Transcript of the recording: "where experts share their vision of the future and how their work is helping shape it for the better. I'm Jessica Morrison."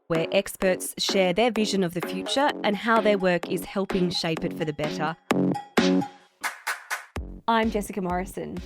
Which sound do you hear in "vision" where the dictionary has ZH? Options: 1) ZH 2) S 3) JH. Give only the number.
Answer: 1